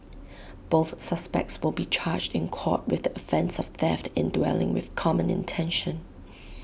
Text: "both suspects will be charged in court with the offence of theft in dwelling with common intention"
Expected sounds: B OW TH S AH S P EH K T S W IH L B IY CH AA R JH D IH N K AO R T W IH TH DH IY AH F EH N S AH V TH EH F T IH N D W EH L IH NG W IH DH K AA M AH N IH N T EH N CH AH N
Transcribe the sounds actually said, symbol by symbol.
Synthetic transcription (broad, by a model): B OW TH S AH S P EH K T S W IH L B IY CH AA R JH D IH N K AO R T W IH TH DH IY AH F EH N S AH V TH EH F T IH N D W EH L IH NG W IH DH K AA M AH N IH N T EH N SH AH N